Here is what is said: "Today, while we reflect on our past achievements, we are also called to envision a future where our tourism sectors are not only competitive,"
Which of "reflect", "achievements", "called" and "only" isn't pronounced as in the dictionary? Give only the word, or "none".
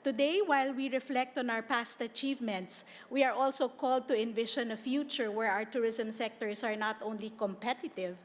none